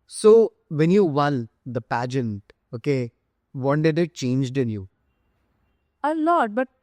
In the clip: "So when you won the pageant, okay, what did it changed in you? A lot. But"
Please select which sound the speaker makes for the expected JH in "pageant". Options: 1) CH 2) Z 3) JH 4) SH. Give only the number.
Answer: 3